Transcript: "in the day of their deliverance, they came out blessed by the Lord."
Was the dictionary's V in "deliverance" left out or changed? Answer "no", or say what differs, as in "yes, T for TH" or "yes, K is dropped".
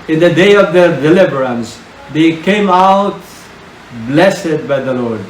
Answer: yes, B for V